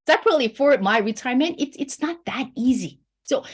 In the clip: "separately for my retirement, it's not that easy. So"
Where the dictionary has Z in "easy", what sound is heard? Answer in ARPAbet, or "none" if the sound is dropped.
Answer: Z